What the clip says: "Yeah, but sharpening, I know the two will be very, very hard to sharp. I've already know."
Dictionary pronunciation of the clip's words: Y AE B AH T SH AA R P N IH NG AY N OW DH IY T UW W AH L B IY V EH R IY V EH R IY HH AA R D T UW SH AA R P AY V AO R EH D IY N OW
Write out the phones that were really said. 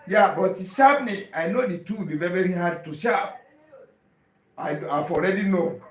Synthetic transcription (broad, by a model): Y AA B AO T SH AA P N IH AY N OW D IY T UW W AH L B IY V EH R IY V EH R IY HH AA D T UW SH AA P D AY F AO R EH D IY N OW